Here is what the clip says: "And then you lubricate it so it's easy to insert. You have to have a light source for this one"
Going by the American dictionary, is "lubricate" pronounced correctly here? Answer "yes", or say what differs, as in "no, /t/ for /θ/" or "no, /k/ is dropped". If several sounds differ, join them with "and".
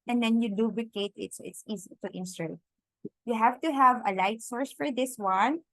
no, /l/ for /ɹ/